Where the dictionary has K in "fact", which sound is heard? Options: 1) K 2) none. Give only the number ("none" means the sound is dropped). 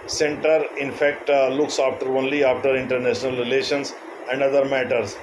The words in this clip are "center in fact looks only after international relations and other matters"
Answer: 1